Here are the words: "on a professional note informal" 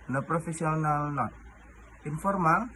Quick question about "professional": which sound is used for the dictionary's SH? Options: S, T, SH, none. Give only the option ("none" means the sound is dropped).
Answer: S